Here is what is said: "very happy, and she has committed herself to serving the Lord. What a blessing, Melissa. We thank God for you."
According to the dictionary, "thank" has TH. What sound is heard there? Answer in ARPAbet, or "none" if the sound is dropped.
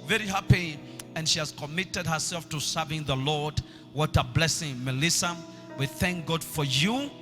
TH